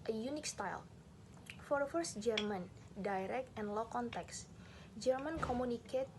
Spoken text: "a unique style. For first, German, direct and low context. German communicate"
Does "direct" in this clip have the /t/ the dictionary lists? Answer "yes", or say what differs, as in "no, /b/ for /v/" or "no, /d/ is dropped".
yes